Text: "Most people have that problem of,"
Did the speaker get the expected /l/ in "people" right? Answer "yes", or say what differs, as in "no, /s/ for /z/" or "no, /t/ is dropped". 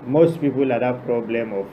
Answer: yes